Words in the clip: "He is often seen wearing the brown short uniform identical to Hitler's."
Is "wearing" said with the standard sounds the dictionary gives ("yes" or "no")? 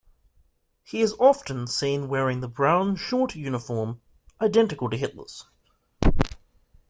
yes